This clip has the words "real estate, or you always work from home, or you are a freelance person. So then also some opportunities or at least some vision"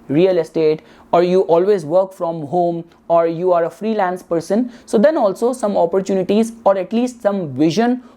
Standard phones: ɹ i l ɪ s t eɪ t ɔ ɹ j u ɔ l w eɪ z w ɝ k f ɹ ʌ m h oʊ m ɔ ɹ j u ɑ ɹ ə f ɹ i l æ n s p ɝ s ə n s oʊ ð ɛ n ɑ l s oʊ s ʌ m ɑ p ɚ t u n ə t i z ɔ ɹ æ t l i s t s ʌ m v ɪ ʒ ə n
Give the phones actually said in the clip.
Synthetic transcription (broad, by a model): ɹ i l ɪ s t eɪ t ɔ ɹ j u ɔ l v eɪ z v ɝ k f ɹ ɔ m h oʊ m ɔ ɹ j u ɑ ɹ ə f ɹ i l æ n s p ɝ s ə n s oʊ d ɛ n ɑ l s oʊ s ʌ m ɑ p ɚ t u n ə t i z ɔ ɹ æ t l i s t s ʌ m v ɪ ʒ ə n